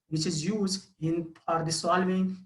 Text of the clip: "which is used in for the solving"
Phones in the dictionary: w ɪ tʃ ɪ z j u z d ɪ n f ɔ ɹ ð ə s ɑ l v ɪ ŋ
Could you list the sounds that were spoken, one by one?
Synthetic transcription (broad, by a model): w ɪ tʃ ɪ z j u z d ɪ n p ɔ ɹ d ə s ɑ l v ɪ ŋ